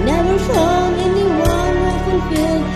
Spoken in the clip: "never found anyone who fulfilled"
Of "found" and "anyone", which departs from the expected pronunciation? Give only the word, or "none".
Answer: found